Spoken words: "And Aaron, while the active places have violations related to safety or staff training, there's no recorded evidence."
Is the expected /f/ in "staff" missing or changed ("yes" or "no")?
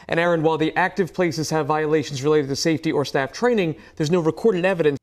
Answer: no